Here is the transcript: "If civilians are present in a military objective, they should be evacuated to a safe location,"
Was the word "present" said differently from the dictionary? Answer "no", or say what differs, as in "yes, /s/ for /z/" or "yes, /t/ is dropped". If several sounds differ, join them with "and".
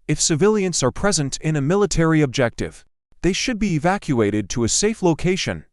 no